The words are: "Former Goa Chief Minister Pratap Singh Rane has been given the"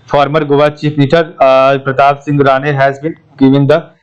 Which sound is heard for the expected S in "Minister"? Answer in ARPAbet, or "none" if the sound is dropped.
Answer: none